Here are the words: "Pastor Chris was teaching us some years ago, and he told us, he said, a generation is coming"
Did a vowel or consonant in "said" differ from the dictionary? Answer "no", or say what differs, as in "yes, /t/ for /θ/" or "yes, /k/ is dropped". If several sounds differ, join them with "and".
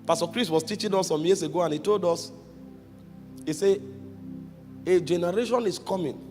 yes, /d/ is dropped